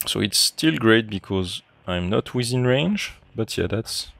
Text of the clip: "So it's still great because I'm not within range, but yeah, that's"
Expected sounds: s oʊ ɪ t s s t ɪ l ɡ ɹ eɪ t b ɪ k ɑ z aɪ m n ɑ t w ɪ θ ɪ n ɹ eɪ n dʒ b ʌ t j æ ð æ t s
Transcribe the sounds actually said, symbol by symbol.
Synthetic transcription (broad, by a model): s oʊ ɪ t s s t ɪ l ɡ ɹ eɪ t b ɪ k ɑ z aɪ m n ɑ t w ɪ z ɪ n ɹ eɪ n dʒ b ʌ t j æ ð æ t s